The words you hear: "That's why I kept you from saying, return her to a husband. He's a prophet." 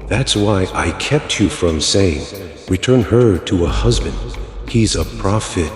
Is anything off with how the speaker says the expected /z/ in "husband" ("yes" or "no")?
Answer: no